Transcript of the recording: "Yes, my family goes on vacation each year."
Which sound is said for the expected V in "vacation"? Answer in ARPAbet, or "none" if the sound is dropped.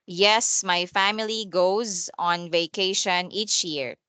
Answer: V